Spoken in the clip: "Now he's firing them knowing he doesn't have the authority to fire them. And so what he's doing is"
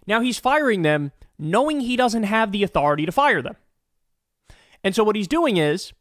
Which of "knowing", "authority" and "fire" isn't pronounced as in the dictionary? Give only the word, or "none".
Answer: none